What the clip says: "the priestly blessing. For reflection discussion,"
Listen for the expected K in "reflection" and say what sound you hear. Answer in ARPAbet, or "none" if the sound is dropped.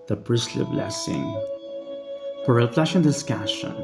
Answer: none